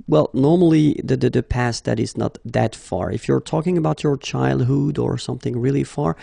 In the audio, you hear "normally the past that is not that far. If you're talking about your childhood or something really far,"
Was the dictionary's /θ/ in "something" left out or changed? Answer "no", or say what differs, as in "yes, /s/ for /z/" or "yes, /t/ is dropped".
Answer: no